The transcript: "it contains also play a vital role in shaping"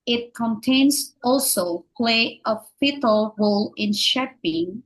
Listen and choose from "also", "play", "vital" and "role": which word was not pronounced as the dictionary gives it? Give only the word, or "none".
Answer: vital